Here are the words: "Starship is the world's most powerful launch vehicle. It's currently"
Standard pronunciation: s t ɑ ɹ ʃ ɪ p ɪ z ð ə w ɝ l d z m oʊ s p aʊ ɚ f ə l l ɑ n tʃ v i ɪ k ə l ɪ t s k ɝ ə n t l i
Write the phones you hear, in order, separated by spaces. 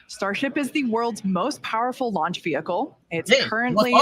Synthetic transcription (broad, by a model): s t ɑ ɹ ʃ ɪ p ɪ z ð ə w ɝ l d z m oʊ s p aʊ ɚ f l l ɑ n tʃ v i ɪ k l ɪ t s k ɝ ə n t l i